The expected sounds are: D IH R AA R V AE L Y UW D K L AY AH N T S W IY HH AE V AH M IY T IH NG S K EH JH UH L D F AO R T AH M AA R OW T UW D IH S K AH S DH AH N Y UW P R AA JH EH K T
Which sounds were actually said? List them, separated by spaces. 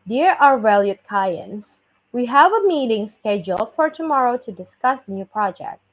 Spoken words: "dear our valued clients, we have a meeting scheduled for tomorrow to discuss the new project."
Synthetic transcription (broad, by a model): D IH R AA R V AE L Y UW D K AY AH N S W IY HH AE V AH M IY T IH NG S K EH JH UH L F AO R T AH M AA R OW T UW D IH S K AH S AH N Y UW P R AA JH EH K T